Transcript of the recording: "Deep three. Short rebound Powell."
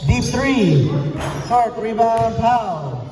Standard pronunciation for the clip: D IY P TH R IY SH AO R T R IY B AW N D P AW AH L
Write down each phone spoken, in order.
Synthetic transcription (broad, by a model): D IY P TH R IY S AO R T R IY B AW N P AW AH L